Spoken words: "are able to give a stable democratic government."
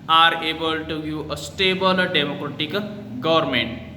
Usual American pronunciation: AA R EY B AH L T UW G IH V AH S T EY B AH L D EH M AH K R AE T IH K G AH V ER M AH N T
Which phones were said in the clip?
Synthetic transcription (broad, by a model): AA R EY B AH L T UW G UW AH S T EY B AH L D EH M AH K R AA T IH K G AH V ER M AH N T